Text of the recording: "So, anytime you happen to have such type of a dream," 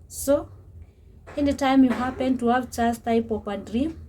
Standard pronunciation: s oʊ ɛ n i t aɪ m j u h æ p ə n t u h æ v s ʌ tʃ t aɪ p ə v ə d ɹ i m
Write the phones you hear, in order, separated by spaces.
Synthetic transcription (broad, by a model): s oʊ ɛ n i t aɪ m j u h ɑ p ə n t u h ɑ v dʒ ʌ s t aɪ p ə p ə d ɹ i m